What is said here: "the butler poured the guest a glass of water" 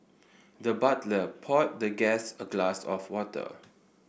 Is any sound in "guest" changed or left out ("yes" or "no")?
yes